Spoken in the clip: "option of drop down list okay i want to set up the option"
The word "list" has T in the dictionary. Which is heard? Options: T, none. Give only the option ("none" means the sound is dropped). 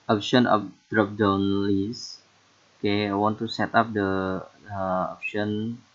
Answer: none